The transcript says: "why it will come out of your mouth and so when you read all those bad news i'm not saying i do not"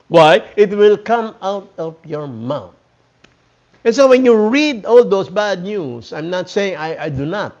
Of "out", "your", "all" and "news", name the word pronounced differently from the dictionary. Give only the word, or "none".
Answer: news